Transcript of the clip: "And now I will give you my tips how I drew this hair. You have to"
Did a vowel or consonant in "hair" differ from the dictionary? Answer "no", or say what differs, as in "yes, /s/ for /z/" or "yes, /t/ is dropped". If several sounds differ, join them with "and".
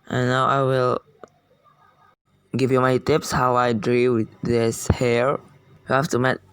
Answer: no